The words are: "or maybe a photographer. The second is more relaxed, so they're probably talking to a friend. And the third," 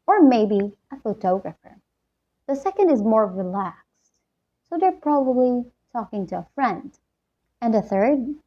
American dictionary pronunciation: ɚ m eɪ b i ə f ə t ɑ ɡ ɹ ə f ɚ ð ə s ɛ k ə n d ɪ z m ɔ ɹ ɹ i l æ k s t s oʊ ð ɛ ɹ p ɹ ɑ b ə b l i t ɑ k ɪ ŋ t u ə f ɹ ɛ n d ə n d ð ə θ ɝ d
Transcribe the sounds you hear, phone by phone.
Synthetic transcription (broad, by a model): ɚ m eɪ b i ə f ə t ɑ ɡ ɹ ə f ɚ ð ə s ɛ k ə n d ɪ z m ɔ ɹ ɹ i l æ k s t s oʊ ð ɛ ɹ p ɹ ɑ b ə b l i t ɑ k ɪ ŋ t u ə f ɹ ɛ n d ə n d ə θ ɝ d